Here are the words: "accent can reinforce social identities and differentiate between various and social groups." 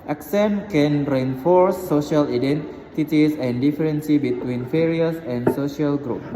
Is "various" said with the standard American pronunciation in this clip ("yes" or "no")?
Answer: no